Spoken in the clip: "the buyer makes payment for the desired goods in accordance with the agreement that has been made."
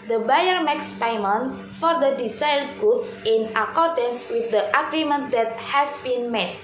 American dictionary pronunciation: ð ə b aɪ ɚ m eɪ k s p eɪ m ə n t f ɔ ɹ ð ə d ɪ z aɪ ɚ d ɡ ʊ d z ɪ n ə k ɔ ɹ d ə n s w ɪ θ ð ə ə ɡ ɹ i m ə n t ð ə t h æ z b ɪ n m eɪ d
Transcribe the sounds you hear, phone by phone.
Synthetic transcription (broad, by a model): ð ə b aɪ ɚ m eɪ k s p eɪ m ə n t f ɔ ɹ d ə d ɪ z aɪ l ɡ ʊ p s ɪ n ə k ɔ ɹ d ə n s w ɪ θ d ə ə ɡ ɹ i m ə n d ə t h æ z b ɪ n m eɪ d